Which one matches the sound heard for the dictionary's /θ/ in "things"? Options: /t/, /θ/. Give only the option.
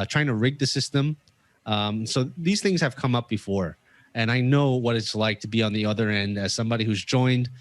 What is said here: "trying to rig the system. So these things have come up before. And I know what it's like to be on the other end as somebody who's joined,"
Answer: /θ/